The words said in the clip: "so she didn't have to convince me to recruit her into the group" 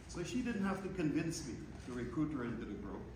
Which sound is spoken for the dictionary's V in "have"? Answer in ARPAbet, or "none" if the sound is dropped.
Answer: F